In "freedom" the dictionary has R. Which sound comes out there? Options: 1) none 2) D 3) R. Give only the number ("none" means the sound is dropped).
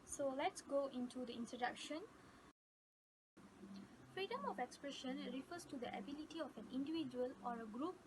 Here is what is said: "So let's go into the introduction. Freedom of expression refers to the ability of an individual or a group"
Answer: 3